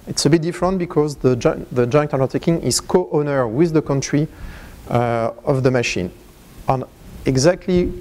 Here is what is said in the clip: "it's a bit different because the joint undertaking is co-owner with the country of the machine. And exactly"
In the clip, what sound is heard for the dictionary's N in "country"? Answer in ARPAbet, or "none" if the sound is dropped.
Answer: N